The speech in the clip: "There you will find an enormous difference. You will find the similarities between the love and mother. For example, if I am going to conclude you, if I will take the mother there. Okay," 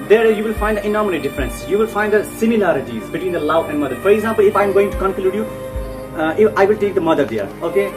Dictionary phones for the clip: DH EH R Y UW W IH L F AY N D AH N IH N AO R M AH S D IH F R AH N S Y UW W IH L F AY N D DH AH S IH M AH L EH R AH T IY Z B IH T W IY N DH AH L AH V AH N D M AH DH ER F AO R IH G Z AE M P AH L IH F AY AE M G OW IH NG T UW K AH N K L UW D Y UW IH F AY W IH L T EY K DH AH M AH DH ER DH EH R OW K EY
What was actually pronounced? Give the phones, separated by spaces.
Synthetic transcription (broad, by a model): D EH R Y UW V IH L F AY N D AH N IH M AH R AH D IH F R AH N S Y UW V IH L F AY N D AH S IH M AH L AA R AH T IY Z B IH T W IY N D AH L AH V AH N D M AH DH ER F AO R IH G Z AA M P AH L IH F AY M G OW IH NG T UW K AH N K L UW D Y UW IH F AY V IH L T EY K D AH M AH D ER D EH R OW K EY